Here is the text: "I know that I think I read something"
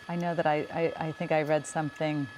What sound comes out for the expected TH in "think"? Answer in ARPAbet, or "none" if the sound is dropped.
TH